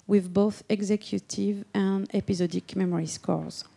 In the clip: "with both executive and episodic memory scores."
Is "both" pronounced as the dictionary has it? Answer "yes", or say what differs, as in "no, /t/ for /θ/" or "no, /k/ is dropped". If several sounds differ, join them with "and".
yes